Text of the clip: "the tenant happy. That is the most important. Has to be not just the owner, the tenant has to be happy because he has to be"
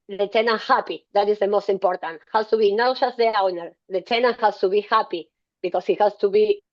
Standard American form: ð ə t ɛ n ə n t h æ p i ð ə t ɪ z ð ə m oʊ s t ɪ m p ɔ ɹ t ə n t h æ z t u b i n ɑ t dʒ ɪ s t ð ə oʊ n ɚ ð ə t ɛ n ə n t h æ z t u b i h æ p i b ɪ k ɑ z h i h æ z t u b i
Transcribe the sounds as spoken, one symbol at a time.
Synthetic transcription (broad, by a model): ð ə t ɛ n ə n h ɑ p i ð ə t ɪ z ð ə m oʊ s t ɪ m p ɔ ɹ t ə n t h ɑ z t u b i n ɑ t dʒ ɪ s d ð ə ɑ n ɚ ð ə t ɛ n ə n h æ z t u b i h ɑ p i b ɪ k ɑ s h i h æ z t u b i